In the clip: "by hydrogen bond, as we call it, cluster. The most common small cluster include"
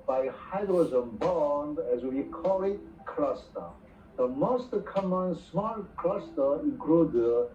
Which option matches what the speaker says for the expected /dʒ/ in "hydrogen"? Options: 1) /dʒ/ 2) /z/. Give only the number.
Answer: 2